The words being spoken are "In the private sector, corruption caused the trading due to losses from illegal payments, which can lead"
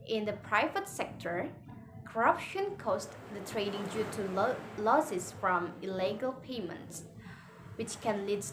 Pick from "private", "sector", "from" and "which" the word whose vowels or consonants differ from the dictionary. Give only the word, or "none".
none